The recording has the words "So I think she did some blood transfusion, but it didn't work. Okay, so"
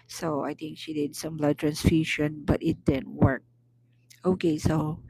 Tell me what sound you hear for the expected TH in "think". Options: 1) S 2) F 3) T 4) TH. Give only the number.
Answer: 3